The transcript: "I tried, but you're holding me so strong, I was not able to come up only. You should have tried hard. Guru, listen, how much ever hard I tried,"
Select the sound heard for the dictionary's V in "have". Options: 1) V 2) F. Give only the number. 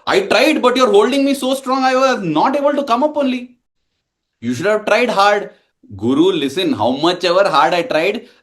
1